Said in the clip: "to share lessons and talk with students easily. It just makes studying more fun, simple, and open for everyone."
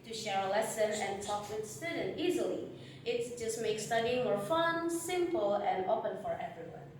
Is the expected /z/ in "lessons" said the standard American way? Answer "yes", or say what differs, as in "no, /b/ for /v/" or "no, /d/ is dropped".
no, /z/ is dropped